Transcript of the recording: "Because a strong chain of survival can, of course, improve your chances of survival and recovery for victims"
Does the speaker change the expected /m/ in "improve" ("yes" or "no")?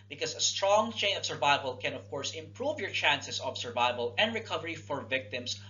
no